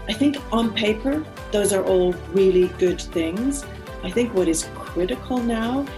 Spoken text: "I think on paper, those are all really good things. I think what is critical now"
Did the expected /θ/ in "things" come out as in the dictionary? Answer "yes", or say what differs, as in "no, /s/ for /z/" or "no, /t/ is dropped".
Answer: yes